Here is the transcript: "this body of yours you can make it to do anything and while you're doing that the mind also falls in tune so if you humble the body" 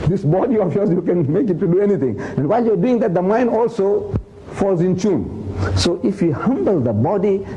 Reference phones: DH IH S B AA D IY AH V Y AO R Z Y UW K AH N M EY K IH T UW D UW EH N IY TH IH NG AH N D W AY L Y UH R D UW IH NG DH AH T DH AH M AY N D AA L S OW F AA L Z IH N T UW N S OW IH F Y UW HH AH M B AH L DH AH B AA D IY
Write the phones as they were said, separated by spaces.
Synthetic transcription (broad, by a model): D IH S B AA D IY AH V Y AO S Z Y UW K AH N M EY K IH T UW D UW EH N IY T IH NG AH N W AY L Y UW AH D UW IH NG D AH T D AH M AY N D AA L S OW F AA L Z IH N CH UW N S OW IH F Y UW HH AH M B AH L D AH B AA D IY